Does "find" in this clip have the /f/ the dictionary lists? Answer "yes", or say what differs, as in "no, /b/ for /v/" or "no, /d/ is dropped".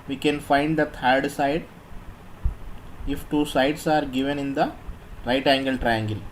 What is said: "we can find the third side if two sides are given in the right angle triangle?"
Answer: yes